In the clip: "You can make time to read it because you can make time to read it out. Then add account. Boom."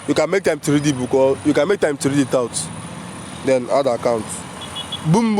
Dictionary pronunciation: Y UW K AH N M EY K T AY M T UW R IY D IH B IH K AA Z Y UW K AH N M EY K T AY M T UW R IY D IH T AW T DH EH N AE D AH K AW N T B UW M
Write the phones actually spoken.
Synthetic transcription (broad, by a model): Y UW K AH N M EY K T AY M T UW R IY D IH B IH K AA Y UW K AH N M EY K T AY M T UW R IY D IH T AW T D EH N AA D AH K AW N T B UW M